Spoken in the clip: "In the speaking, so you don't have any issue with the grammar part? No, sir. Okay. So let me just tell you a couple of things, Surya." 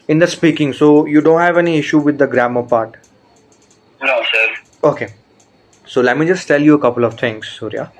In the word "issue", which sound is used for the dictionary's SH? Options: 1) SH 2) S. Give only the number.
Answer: 1